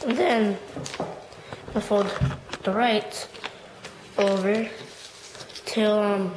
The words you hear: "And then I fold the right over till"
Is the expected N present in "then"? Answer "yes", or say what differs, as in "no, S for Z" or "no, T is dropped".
yes